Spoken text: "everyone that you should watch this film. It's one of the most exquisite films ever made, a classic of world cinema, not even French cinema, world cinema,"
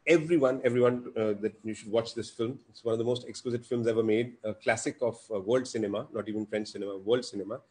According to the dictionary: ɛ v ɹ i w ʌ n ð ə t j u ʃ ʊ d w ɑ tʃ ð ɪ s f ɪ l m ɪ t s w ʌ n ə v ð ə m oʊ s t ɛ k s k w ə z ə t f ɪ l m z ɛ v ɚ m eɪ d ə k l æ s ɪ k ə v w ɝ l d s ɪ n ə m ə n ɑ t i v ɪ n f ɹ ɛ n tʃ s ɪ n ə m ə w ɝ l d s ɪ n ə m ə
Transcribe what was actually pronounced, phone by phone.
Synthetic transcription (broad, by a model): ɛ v ɹ i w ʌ n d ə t j u ʃ ʊ d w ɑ tʃ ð ɪ s f ɪ l m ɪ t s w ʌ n ə v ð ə m oʊ s t ɛ k s k w ə z ə t f ɪ l m z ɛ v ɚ m eɪ d ə k l æ s ɪ k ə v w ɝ l d s ɪ n ə m ə n ɑ t i v ɪ n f ɹ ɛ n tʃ s ɪ n ə m ə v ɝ l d s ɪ n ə m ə